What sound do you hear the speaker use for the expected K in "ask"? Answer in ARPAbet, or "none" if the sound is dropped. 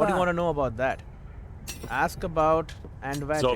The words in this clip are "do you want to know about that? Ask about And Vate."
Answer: K